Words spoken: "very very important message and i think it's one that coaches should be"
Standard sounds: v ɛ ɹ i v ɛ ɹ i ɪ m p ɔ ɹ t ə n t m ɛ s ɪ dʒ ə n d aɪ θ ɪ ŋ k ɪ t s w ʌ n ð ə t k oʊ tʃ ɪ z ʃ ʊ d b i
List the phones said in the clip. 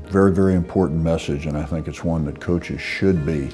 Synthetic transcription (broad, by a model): v ɛ ɹ i v ɛ ɹ i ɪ m p ɔ ɹ t n m ɛ s ɪ dʒ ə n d aɪ θ ɪ ŋ k ɪ t s w ʌ n ð ə t k oʊ tʃ ɪ z ʃ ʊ d b i